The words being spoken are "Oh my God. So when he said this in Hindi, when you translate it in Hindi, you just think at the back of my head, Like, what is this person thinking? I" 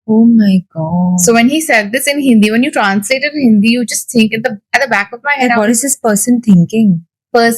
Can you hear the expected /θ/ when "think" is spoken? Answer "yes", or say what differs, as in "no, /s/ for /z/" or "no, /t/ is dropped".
no, /t/ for /θ/